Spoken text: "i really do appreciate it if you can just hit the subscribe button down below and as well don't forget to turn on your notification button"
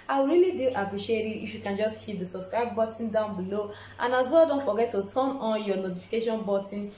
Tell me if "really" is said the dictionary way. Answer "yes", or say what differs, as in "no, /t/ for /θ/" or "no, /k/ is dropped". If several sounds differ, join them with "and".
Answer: yes